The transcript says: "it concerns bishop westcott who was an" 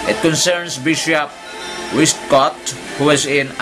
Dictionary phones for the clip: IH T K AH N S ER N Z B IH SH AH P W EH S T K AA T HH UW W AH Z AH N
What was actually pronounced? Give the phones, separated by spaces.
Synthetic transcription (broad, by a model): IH T K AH N S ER N S B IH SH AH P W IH S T K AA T HH UW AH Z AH N